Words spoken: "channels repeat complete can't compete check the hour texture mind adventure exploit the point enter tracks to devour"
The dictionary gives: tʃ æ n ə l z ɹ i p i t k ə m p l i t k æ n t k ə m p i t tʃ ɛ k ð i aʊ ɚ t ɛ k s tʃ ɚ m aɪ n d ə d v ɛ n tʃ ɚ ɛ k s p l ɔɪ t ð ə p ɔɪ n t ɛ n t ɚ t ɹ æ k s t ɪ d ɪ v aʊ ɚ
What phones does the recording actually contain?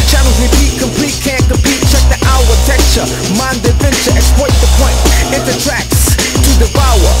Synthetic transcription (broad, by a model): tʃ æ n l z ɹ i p i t k ə m p l i t k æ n k ə m p i t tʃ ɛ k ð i aʊ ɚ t ɛ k tʃ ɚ m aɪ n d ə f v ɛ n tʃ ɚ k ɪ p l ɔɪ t ð ə p ɔɪ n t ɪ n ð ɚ t ɹ æ k s t ɪ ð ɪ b aʊ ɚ